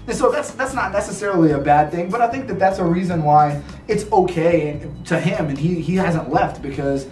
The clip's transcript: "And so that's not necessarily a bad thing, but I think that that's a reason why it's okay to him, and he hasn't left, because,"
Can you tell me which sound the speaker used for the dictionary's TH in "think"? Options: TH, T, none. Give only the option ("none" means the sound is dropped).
TH